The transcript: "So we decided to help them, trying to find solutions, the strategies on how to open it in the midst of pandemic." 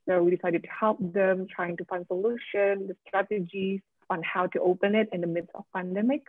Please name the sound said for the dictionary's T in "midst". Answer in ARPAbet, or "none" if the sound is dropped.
none